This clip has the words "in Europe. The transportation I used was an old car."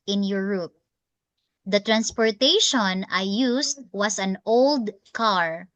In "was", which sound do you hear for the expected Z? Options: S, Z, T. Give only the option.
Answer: S